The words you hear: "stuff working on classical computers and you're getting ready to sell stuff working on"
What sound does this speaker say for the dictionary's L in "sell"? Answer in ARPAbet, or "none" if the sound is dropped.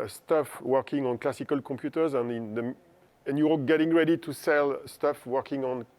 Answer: L